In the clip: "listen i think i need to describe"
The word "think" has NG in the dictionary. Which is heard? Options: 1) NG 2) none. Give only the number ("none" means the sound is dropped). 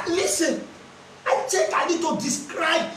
2